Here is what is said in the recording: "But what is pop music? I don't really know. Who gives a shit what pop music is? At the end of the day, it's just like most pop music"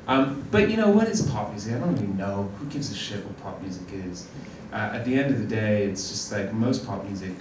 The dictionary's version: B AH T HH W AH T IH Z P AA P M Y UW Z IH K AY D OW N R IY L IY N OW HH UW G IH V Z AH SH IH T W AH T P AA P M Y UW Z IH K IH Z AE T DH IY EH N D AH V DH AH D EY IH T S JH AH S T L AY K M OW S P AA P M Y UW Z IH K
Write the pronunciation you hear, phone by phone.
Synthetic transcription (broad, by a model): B AH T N W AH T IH S P AA P M Y UW Z IH K AY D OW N R IY L IY N OW HH UW G IH V Z AH SH IH T W AH T P AA P M Y UW Z IH K IH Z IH T DH IY EH N D AH V DH AH D EY IH T S JH AH S T L AY K M OW S P AA P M Y UW Z IH K